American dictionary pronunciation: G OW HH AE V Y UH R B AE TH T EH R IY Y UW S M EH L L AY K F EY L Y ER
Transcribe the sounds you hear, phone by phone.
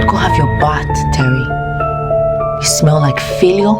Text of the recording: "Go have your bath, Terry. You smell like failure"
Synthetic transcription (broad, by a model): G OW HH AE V Y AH R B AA T T EH R IY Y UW S M EH L L AY K F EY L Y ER